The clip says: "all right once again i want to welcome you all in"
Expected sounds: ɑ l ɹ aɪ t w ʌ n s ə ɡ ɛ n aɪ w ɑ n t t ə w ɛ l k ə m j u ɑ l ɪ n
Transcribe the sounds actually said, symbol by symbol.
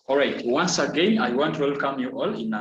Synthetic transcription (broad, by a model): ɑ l ɹ aɪ t w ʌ n s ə ɡ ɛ n aɪ w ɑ n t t w ɛ l k ə m j u ɑ l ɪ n